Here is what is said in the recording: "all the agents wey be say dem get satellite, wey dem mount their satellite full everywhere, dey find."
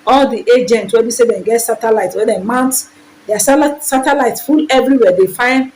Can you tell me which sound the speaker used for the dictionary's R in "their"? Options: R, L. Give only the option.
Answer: L